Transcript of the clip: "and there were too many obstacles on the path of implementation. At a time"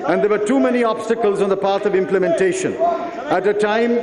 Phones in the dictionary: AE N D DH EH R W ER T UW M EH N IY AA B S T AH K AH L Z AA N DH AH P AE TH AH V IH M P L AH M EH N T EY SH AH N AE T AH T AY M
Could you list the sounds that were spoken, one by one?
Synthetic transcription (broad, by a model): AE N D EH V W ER T UW M EH N IY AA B S T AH K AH L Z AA N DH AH P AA T AH V IH M P L AH M EH N T EY SH AH N AE T AH T AY M